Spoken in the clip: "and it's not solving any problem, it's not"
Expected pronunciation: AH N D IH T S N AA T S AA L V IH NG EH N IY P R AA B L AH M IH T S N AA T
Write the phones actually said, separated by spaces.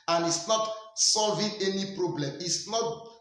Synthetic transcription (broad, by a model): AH N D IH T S N AA T S AA L V IH NG EH N IY P R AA B L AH M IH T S N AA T